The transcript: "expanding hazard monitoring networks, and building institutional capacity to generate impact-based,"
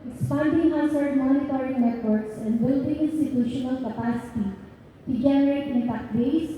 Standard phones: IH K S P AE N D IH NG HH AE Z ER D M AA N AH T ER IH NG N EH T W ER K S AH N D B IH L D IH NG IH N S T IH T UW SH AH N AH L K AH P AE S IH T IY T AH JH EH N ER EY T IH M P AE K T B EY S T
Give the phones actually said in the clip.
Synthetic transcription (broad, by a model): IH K S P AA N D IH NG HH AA S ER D M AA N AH T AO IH NG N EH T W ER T S AH N D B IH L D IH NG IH N S T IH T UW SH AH N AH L K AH P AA S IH T IY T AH JH EH N ER EY T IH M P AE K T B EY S